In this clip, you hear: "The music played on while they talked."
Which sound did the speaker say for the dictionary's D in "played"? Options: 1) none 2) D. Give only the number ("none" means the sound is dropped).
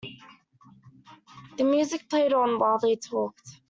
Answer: 2